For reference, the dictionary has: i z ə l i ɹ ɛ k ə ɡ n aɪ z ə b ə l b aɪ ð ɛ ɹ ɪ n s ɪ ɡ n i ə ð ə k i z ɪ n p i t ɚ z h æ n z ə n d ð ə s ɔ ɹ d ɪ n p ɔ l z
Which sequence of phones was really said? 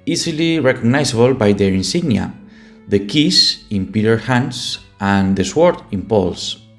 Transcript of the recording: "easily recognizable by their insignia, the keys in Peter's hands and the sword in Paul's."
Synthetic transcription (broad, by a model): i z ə l i ɹ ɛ k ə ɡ n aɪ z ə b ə l b aɪ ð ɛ ɹ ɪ n s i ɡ n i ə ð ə k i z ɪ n p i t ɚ h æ n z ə n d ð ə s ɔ ɹ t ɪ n p ɔ l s